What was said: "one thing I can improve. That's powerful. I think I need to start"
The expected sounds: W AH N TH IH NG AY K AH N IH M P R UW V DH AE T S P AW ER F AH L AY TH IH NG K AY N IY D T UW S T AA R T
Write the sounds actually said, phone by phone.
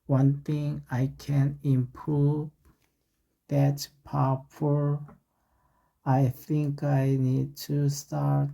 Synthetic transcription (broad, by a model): W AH N TH IH NG AY K AH N IH M P R UW V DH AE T P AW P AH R AY TH IH NG K AY N IY D T UW S T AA R T